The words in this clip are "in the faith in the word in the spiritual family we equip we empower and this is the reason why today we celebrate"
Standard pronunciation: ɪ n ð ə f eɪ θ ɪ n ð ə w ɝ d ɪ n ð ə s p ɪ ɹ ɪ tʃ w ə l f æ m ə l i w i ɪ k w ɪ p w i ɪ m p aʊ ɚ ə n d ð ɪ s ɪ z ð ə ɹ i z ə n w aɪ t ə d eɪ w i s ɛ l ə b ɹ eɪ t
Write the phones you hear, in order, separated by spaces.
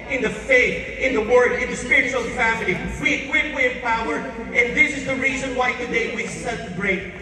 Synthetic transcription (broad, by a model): ɪ n ð ə f eɪ θ ɪ n ð ə w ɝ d ɪ n ð ə s p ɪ ɹ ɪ tʃ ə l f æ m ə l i w i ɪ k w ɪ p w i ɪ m p aʊ ɚ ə n ð ɪ s ɪ z ð ə ɹ i z ə n w aɪ t ə d eɪ w i s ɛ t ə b ɹ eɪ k